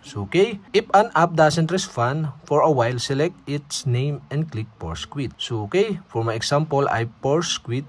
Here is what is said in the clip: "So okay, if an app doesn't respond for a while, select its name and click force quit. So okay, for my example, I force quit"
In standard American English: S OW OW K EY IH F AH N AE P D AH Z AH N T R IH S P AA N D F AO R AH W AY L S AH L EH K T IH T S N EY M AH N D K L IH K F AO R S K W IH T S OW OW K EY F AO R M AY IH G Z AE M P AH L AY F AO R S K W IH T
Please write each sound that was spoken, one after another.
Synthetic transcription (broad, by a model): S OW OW K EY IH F AH N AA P D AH S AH N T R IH S F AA N F AO R AH W AY L S AH L EH K T IH T S N EY M AH N D K L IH K P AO R S K W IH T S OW OW K EY F AO R M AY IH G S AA M P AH L AY P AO R S K W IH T